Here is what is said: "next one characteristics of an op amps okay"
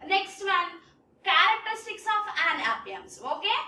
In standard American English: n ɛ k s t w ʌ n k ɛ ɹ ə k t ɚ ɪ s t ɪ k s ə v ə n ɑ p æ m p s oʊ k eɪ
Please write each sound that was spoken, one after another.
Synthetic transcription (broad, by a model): n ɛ k s t w ʌ n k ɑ ɹ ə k t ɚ s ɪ k s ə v ə n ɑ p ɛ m s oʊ k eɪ